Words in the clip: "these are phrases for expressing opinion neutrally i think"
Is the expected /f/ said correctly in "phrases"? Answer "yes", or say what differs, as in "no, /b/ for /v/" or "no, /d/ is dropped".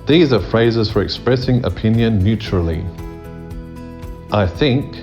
yes